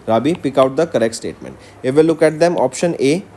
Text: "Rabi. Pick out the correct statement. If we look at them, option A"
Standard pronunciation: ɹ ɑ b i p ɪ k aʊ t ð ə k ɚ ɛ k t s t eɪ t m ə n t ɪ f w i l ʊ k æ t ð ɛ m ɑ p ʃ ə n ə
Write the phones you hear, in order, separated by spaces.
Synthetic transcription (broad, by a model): ɹ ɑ b i p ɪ k aʊ t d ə k ɚ ɛ k t s t eɪ t m ə n t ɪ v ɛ l ʊ k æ t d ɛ m ɑ p ʃ ə n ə